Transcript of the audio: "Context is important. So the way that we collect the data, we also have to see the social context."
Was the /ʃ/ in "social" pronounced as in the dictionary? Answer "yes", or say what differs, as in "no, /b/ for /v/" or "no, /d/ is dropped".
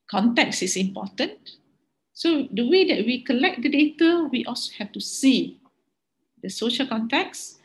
yes